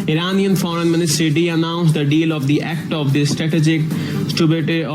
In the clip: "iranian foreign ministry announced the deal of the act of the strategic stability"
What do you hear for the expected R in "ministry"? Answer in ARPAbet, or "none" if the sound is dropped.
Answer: none